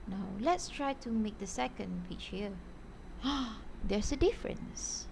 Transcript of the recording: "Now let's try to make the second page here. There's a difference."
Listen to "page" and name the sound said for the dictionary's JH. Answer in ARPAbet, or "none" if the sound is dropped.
CH